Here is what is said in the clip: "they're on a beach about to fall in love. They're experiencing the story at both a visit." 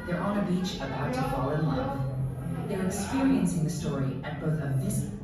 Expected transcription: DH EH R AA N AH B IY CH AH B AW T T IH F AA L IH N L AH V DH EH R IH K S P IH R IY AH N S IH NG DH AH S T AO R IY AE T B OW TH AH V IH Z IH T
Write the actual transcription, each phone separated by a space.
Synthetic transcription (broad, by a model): DH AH R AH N AH B IY CH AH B AW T T IH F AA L IH N L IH F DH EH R IH K S P IH R IY AH N S IH NG DH AH S T AO R IY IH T B OW TH AH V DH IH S